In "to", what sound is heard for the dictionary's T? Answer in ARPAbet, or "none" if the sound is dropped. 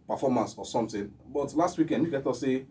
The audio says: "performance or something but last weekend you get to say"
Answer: T